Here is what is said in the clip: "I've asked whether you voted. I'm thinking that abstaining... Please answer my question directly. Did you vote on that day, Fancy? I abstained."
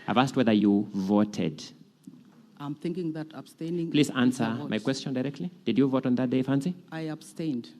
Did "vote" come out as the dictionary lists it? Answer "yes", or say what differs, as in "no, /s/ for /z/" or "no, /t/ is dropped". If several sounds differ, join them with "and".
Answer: yes